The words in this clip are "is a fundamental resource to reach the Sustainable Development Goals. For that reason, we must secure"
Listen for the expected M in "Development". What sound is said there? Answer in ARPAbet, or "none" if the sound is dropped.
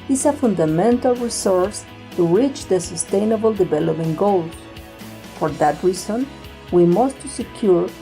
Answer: none